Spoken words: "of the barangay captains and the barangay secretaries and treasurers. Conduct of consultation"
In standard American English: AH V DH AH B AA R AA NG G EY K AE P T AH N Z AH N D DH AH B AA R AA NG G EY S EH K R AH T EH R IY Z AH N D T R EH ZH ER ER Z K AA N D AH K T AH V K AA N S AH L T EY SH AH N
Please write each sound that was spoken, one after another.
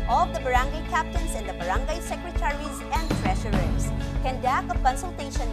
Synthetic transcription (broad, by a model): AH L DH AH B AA R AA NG G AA K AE P T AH N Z AH N D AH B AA R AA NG G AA S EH K R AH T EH R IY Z AH N D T R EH SH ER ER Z K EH N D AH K AH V K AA N S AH L T EY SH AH N